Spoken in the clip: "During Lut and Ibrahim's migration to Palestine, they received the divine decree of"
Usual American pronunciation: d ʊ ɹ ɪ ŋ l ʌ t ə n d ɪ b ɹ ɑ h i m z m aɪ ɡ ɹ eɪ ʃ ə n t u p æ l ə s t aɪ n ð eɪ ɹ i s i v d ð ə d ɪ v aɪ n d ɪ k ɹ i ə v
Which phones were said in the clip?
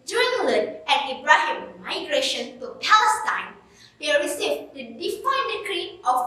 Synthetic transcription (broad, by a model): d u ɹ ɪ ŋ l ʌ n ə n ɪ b ɹ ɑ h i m m aɪ ɡ ɹ eɪ ʃ ə n t u p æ l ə s t aɪ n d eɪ ɹ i s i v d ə d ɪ f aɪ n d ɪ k ɹ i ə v